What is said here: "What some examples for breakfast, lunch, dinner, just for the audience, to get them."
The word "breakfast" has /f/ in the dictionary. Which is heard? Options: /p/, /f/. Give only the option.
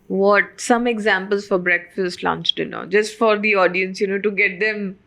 /f/